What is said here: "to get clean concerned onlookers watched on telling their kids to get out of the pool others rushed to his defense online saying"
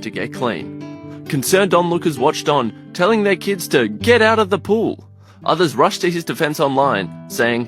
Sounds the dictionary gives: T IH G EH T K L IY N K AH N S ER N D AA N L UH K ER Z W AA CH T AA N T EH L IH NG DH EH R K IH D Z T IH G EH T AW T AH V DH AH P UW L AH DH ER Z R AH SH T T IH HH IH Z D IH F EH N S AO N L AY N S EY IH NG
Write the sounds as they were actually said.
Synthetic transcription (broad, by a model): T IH G EH T K L IY N K AH N S ER N D AA N L UH K ER Z W AA CH T N T EH L IH NG DH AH R K IH D Z T IH G EH T AW T AH V DH AH P UW L AH DH ER Z R AH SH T T IH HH IH Z D IH F EH N S AO N L AY N S EY IH NG